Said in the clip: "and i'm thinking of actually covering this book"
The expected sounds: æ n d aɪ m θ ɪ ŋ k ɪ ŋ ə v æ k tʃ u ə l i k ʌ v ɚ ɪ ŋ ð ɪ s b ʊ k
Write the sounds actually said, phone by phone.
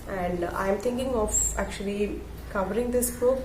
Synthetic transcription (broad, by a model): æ n d aɪ m t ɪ ŋ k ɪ ŋ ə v æ k tʃ u ə l i k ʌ v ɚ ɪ ŋ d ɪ s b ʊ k